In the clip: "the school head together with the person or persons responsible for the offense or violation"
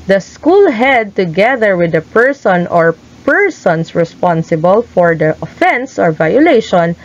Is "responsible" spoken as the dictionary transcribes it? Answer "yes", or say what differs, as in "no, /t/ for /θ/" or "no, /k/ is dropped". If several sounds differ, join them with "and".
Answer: yes